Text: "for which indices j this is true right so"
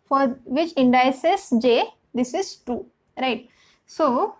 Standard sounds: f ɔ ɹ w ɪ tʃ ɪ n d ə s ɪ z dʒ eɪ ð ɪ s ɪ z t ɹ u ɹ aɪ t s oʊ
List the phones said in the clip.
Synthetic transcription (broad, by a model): f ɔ ɹ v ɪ tʃ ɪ n d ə s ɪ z dʒ eɪ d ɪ s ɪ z t u ɹ aɪ t s oʊ